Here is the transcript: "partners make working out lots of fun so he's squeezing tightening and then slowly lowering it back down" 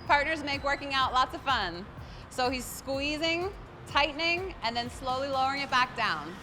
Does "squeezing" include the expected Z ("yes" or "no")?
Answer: yes